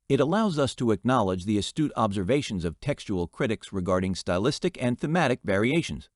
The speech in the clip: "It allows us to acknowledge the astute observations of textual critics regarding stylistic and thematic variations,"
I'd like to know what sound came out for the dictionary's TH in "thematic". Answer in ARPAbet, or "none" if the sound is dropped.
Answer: TH